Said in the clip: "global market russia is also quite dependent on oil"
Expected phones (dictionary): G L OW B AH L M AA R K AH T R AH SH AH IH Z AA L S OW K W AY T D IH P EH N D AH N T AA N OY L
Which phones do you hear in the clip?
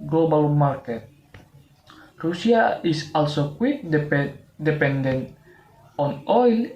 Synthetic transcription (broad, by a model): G L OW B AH L M AA R K AH T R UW S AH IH S AA L S OW K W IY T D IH P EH N D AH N AA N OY L